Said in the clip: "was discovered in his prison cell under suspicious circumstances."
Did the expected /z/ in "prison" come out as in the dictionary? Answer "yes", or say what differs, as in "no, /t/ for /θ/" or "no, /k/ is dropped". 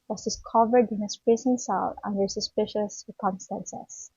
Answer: no, /s/ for /z/